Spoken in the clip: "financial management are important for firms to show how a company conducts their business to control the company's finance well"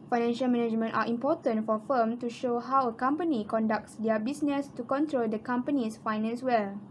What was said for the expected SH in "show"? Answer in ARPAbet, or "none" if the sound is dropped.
SH